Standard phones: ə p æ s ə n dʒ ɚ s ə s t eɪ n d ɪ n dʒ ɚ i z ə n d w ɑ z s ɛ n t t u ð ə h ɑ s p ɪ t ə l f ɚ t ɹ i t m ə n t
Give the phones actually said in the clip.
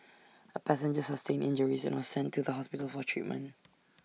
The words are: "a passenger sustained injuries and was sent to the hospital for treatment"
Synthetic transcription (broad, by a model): ə p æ s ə n dʒ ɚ s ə s t eɪ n ɪ n dʒ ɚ i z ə n w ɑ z s ɛ n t t u ð ə h ɑ s p ɪ t ə l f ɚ t ɹ i t m ə n t